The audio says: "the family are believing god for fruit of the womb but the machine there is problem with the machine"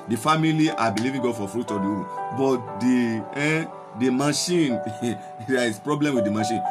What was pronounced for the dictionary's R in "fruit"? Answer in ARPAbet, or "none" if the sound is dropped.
R